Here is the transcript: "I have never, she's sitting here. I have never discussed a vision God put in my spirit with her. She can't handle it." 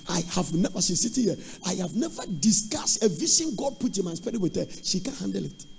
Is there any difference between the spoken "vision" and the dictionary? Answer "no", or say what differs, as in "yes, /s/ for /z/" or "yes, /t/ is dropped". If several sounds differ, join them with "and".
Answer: yes, /ʃ/ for /ʒ/